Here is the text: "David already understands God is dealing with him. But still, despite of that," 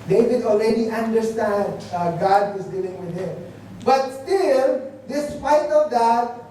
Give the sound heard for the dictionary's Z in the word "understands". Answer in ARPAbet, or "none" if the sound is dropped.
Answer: none